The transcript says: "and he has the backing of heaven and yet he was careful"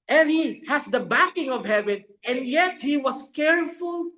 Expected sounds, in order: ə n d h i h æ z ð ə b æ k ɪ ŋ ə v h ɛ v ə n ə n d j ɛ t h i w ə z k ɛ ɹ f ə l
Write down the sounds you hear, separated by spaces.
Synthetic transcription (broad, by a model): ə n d h i h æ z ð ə b æ k ɪ ŋ ə v h ɛ v ə n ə n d j ɛ t h i w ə s k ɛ ɹ f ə l